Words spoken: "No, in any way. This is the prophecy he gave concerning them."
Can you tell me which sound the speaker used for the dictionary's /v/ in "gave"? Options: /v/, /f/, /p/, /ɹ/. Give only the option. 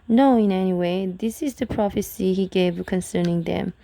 /v/